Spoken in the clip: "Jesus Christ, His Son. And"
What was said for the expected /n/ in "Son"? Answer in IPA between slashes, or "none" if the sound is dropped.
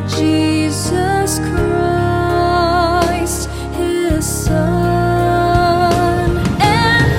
none